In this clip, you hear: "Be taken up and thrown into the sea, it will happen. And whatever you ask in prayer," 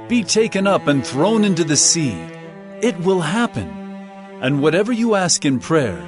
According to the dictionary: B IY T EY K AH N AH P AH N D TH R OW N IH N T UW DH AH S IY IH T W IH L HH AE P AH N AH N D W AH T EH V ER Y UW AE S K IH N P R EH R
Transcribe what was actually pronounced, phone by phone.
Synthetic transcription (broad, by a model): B IY T EY K AH N AH P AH N TH R OW N IH N T UW DH AH S IY IH T W IH L HH AE P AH N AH N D W AH T EH V ER Y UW AE S K IH N P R EH R